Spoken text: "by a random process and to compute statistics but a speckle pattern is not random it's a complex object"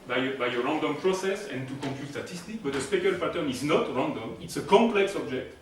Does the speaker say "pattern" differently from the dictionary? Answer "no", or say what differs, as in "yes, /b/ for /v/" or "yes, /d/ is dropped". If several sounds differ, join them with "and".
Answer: yes, /f/ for /p/